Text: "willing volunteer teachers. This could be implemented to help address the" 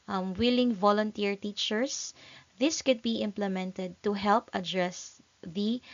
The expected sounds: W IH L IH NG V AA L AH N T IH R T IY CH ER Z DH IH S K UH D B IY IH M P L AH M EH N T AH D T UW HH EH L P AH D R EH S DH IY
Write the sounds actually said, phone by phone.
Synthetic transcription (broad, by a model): W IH L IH NG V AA L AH N T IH R T IY CH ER S DH IH S K UH D B IY IH M P L AH M EH N T AH D T UW HH EH L P AH D R EH S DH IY